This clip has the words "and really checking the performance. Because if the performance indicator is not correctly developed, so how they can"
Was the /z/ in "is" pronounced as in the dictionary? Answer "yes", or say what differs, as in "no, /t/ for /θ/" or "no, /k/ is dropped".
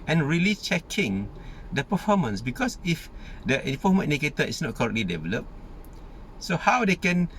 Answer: no, /s/ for /z/